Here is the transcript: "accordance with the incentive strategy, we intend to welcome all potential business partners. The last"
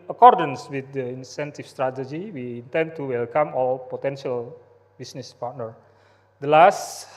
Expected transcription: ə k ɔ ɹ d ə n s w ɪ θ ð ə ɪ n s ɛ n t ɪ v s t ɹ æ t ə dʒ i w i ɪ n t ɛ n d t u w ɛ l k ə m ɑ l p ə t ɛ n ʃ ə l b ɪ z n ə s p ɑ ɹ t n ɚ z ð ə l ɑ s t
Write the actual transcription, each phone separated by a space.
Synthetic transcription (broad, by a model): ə k ɔ ɹ d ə n s w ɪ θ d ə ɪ n s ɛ n t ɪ f s t ɹ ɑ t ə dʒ i w i n t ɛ n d t u w ɛ l k ə m ɑ l p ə t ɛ n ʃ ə l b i s n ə s p ɑ ɹ t n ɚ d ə l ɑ s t